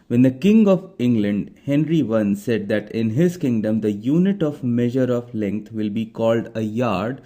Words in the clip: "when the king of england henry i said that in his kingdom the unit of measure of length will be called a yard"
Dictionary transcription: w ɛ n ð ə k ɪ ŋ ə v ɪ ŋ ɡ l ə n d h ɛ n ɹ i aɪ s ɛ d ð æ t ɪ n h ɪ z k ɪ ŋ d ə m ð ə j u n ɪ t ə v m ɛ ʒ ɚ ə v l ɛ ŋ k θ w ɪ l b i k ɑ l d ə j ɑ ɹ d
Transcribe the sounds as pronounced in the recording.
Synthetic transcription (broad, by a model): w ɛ n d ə k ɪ ŋ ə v ɪ ŋ ɡ l ə n d h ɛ n ɹ i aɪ s ɛ d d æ t ɪ n h ɪ z k ɪ ŋ d ə m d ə j u n ɪ t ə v m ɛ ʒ ɚ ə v l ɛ ŋ k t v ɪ l b i k ɑ l d ə j ɑ ɹ d